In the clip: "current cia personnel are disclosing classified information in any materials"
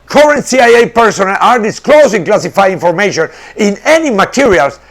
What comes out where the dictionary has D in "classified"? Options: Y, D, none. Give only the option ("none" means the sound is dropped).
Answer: none